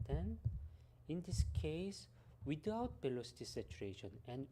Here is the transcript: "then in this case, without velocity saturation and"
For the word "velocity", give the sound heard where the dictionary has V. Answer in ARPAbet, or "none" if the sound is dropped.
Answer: B